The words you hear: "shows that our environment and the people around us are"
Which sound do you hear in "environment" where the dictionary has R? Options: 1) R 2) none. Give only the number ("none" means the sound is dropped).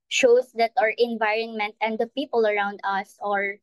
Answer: 1